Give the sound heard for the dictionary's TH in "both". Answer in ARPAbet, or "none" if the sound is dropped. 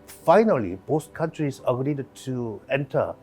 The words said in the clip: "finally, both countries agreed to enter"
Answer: S